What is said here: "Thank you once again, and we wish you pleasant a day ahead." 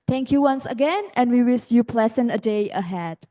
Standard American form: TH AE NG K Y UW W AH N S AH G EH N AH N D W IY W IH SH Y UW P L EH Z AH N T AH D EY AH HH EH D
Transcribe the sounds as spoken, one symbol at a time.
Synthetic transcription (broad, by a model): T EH NG K Y UW W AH N S AH G EH N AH N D W IY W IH S Y UW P L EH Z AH N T AH D EY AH HH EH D